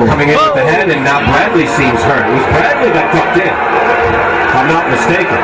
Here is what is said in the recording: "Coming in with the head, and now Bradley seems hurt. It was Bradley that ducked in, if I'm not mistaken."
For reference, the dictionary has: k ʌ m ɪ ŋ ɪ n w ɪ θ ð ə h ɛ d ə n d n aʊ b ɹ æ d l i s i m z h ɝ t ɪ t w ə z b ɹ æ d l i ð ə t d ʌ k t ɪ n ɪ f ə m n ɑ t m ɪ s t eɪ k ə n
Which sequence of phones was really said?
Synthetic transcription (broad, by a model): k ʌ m ɪ ŋ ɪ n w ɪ ð ə h ɛ d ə n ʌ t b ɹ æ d l i s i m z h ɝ ɪ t w ə z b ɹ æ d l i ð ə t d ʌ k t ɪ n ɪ ə m n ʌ t m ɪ s t eɪ k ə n